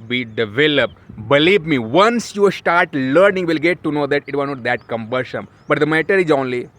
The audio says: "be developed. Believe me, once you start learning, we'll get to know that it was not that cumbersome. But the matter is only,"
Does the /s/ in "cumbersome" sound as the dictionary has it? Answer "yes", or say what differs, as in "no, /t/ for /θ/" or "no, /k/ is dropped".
no, /ʃ/ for /s/